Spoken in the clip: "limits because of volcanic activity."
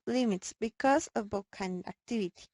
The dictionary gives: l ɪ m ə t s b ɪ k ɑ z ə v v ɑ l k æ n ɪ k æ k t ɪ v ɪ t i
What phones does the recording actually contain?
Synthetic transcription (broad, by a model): l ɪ m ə t s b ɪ k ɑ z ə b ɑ k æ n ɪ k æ k t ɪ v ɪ t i